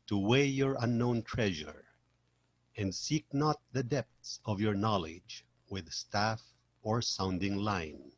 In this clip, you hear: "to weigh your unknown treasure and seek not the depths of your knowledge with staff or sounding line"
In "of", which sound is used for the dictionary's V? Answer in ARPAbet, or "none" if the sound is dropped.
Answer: V